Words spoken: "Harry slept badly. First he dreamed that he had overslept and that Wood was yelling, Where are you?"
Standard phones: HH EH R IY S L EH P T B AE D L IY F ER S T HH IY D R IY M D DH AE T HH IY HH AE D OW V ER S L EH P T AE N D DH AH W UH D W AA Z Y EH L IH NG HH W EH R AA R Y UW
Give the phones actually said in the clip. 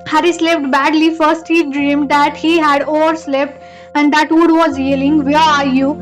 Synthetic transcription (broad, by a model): HH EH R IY S L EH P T B AE D L IY F ER S T HH IY D R IY M D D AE T HH IY HH AE D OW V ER S L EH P T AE N D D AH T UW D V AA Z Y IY L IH NG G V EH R AA R Y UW